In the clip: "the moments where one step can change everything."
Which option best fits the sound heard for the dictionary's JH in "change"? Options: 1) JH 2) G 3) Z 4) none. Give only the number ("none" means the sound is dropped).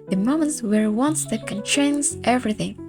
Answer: 3